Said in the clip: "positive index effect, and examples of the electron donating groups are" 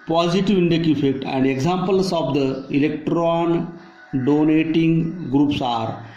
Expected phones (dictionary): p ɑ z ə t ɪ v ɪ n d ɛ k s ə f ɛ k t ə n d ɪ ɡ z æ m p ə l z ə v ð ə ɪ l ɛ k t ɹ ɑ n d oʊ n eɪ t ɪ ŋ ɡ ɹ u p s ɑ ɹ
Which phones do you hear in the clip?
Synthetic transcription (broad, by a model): p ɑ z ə t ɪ v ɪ n d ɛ k ə f ɛ k t ə n d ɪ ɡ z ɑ m p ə l s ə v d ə ɪ l ɛ k t ɹ ɑ n d oʊ n eɪ t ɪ ŋ ɡ ɹ u p s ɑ ɹ